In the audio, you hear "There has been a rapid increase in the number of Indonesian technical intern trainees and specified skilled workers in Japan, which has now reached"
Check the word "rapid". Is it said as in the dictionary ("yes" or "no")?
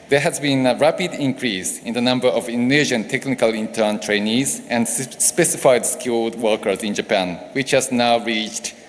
yes